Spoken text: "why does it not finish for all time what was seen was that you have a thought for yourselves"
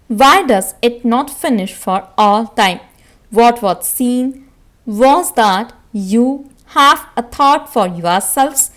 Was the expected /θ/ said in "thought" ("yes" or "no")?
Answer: no